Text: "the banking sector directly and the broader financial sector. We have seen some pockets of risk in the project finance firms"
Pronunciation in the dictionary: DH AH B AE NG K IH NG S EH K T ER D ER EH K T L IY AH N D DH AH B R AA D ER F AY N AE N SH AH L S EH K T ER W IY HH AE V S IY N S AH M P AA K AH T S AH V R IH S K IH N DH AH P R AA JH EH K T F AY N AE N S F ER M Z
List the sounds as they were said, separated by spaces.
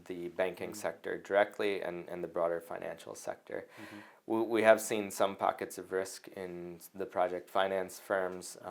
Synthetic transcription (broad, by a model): DH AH B AE NG K IH NG S EH K T ER D ER EH K T L IY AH N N DH AH B R AA D ER F AY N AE N SH L S EH K T ER W IY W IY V S IY N S AH M P AA K AH T S AH V R IH S K IH N DH AH P R AA JH EH K T F AY N AE N S F ER M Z